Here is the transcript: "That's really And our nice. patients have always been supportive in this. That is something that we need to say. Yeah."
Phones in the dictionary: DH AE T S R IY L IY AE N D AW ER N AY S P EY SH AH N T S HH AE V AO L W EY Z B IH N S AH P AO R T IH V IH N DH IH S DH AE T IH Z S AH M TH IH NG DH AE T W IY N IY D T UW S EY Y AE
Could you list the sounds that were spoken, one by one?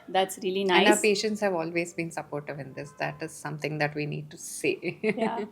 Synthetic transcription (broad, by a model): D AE T S R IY L IY N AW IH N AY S P EY SH AH N T S HH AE V AO L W EY Z B IH N S AH P AO R T IH V IH N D IH S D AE T IH Z S AH M T IH NG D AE T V IY N IY D T UW S EY Y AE